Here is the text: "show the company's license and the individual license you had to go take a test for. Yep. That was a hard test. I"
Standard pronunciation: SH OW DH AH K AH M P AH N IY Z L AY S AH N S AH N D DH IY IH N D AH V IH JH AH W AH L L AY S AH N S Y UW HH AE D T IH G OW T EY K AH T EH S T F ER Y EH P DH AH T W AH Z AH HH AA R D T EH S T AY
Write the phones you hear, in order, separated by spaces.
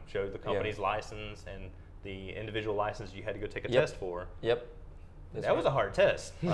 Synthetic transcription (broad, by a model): SH OW DH AH K AH P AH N IY Z L AY S N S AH N DH IY IH N D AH V IH JH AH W L L AY S N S Y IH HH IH D T IH G OW T EY K AH T EH S T F ER Y EH P DH AH T W AH Z AH HH AA R D T EH S T